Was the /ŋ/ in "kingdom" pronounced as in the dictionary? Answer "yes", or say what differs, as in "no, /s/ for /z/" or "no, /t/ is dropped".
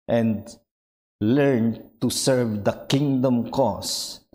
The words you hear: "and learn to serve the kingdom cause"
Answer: yes